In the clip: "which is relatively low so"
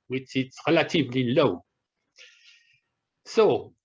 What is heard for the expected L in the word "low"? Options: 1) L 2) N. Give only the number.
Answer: 1